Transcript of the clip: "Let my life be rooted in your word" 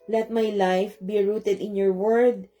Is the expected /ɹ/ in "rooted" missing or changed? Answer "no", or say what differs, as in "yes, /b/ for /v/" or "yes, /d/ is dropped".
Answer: no